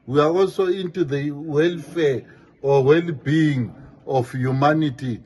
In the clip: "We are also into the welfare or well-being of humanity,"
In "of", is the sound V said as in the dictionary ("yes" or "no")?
no